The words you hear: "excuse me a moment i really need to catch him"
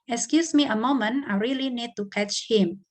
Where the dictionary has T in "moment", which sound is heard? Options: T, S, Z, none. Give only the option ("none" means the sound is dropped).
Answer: none